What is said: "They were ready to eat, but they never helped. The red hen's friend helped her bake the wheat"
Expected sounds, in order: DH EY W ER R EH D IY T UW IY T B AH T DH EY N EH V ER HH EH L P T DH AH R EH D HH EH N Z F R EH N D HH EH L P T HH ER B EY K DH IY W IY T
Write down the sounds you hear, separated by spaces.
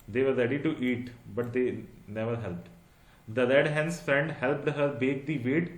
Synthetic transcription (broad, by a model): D EY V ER R EH D IY T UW IY T B AH T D EY N EH V ER HH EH L P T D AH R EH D HH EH N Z F R EH N D HH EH L P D HH ER B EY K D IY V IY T